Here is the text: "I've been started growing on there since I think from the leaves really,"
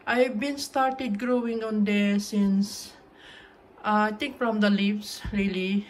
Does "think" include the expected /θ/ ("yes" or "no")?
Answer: no